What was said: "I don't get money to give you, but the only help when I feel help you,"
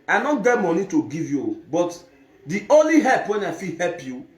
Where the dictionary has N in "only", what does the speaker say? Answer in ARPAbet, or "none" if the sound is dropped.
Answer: N